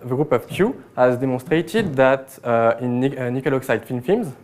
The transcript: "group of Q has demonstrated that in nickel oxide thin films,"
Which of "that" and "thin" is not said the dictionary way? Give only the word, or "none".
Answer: thin